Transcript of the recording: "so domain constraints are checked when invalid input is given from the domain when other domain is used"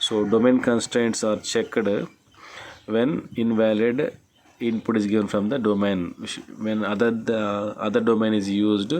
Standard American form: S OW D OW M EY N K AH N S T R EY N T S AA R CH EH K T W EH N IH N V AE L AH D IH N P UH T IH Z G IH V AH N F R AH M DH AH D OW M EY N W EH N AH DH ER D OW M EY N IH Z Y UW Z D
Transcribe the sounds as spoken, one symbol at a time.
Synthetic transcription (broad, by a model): S OW D OW M EY N K AH N S T R EY N T S AA R CH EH K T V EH N IH N V AE L AH D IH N P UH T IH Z G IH V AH N F R AH M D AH D OW M EY N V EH N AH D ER D OW M EY N IH Z Y UW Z D